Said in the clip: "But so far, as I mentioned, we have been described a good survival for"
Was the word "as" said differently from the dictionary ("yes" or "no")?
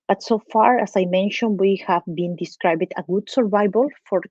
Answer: yes